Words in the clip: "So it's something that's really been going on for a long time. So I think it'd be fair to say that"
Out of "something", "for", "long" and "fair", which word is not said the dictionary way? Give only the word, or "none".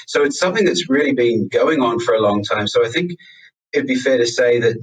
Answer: none